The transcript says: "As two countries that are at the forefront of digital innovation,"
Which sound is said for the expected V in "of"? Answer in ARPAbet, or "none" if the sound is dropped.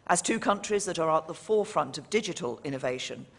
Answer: V